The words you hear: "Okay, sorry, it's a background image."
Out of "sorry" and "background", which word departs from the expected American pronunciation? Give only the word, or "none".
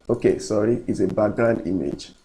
background